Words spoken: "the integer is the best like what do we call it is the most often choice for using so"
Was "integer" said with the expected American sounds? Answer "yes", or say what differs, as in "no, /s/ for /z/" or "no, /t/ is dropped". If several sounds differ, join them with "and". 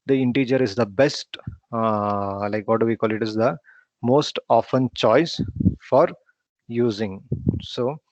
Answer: yes